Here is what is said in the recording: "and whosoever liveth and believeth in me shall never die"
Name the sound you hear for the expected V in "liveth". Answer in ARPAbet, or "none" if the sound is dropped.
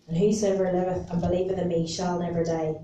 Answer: V